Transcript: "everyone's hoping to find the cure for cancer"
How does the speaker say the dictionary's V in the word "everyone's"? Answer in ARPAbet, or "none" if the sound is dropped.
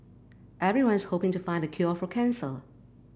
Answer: V